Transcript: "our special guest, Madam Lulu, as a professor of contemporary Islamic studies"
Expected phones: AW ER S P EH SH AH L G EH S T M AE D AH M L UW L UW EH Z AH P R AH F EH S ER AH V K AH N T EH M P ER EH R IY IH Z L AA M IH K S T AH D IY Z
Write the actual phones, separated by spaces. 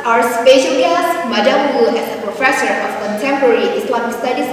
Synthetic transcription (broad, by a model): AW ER S P EH SH AH L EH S M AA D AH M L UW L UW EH S AH P R AH F EH S ER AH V K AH N T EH M P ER R IY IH S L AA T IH S T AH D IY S